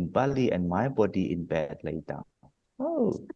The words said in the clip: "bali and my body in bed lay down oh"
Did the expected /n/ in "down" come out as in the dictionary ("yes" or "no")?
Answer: no